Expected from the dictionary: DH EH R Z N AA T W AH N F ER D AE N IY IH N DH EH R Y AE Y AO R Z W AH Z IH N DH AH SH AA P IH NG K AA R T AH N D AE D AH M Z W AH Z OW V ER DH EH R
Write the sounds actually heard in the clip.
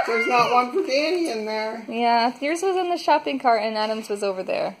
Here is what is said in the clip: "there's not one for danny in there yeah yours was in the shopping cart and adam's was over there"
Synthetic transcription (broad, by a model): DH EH R Z N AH T W AH N P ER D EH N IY IH N DH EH R Y AE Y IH R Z W AH Z IH N DH AH SH AA P IH NG K AA R T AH N AE D AH M Z W AH Z OW V ER DH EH R